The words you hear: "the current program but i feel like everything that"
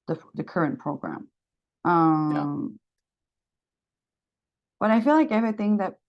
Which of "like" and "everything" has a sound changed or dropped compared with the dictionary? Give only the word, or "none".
none